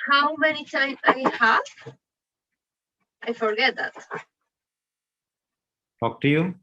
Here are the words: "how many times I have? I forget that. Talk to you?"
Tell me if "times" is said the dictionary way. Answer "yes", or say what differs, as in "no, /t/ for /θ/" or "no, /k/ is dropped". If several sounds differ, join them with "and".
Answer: no, /z/ is dropped